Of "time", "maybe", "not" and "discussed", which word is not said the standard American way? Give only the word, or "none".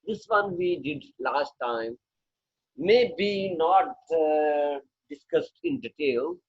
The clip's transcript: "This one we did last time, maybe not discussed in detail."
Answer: none